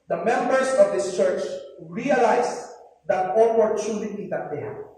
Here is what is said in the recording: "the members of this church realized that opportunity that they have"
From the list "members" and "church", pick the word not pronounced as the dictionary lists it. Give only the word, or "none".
members